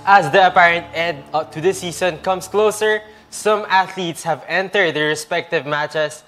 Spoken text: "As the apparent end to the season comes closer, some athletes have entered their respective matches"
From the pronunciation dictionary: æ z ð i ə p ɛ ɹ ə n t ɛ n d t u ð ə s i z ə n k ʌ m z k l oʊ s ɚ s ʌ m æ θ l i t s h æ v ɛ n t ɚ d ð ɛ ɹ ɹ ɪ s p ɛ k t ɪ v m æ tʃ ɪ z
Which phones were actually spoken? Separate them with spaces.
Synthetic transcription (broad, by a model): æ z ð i ə p ɛ ɹ ə n t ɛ d t u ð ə s i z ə n k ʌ m s k l oʊ s ɚ s ʌ m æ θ l i t s h æ v ɛ n t ɚ d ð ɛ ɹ ɹ ɪ s p ɛ k t ɪ v m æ tʃ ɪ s